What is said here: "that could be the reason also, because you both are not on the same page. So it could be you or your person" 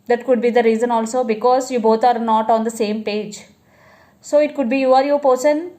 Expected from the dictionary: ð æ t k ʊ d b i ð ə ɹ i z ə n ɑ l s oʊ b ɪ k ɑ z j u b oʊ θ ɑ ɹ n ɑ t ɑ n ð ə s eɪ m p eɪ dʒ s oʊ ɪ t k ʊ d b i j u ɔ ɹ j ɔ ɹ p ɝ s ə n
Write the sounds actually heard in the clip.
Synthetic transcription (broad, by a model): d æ t k ʊ d b i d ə ɹ i z ə n ɑ l s oʊ b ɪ k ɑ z j u b oʊ t ɑ ɹ n ɑ t ɑ n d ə s eɪ m p eɪ dʒ s oʊ ɪ t k ʊ d b i j u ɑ ɹ j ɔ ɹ p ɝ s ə n